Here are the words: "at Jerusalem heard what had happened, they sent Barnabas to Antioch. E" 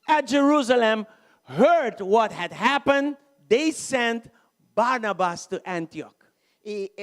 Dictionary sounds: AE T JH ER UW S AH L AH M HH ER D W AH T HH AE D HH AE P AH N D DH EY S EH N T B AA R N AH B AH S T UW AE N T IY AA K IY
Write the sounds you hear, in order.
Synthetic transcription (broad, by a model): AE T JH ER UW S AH L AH M HH ER D W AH T HH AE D HH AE P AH N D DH EY S EH N T B AA R N AH B AH S T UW AE N T IY AA K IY